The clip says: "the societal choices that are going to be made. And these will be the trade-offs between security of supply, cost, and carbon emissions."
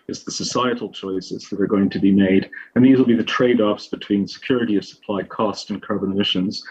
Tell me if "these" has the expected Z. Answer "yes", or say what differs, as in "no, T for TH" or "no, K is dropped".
yes